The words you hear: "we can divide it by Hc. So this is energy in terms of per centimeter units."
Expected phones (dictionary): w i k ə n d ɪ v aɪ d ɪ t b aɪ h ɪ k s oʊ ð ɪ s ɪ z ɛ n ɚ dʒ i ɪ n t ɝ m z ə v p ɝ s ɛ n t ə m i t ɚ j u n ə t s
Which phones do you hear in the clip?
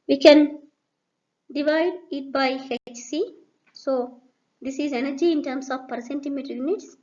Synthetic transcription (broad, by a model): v i k ə n d ɪ v aɪ d ɪ t b aɪ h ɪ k s oʊ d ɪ s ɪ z ɛ n ɚ dʒ i ɪ n t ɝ m s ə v p ɝ s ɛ n t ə m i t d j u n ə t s